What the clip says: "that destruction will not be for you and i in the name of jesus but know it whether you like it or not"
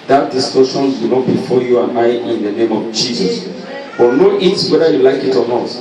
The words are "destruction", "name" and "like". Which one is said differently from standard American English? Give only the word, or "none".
destruction